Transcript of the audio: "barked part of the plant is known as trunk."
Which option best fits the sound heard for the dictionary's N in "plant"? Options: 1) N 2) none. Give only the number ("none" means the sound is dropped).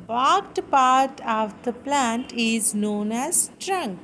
1